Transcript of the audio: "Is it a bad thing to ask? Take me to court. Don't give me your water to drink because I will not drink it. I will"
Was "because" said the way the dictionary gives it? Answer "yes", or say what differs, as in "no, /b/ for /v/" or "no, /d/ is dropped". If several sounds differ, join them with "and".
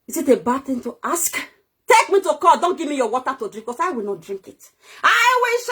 no, /z/ is dropped